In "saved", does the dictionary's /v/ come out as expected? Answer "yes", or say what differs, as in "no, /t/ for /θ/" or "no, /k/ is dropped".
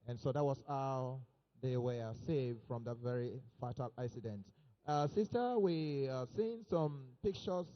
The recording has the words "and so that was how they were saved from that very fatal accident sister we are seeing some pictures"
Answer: yes